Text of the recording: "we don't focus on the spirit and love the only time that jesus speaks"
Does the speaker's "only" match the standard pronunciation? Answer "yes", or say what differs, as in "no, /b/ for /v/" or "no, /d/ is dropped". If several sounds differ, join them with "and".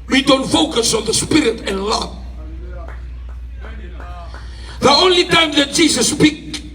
yes